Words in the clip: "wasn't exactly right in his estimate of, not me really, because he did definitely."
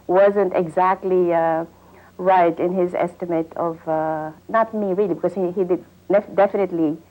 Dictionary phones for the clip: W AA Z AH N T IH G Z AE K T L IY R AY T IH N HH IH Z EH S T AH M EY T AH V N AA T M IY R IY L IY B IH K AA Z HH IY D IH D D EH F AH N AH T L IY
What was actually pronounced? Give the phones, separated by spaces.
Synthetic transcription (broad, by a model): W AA Z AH N T IH G Z AE K T L IY R AY T IH N HH IH Z EH S T AH M EY T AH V N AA T M IY R IY L IY B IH K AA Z HH IY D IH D D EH F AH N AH T L IY